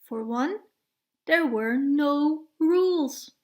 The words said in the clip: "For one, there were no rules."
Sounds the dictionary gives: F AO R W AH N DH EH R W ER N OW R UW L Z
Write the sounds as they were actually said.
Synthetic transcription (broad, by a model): F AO R W AH N DH EH R W ER N OW R UW L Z